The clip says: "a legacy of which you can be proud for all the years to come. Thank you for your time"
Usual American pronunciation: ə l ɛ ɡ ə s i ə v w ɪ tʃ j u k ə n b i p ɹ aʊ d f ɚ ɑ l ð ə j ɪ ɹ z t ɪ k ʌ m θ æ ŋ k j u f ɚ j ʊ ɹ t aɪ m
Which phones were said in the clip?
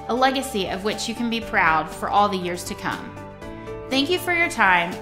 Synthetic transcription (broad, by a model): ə l ɛ ɡ ə s i ə v w ɪ tʃ j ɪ k ə n b i p ɹ aʊ d f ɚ ɑ l ð ə j ɪ ɹ z t ɪ k ʌ m θ æ ŋ k j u f ɚ j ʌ ɹ t aɪ m